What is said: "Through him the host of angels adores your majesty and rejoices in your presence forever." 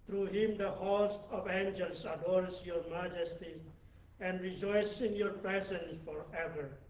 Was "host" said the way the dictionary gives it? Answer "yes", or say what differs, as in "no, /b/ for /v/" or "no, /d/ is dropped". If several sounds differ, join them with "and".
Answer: no, /t/ is dropped